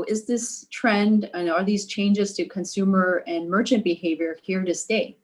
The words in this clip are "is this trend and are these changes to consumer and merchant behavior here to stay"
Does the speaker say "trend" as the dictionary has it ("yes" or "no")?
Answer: yes